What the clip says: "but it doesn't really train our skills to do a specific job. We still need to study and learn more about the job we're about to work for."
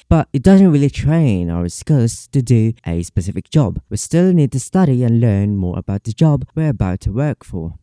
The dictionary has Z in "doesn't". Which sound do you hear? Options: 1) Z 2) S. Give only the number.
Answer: 1